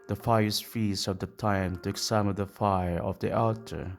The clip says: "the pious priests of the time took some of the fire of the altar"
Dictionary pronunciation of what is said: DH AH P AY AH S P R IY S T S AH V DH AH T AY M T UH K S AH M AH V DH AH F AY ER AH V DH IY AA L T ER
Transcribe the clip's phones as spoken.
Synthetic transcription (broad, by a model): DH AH F AY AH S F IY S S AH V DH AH T AY M T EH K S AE M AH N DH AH F AY ER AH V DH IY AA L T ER